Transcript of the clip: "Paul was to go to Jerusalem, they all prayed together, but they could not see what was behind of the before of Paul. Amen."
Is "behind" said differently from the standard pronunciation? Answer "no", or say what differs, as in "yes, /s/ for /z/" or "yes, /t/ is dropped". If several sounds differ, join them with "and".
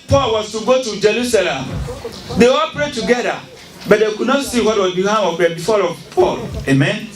yes, /d/ is dropped